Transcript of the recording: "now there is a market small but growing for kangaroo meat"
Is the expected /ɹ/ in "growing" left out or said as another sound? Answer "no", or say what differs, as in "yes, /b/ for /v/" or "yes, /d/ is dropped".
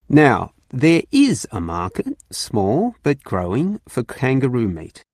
no